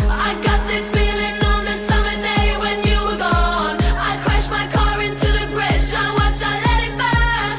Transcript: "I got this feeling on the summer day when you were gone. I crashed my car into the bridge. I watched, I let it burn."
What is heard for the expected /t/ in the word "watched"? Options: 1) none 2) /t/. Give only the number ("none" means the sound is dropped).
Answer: 1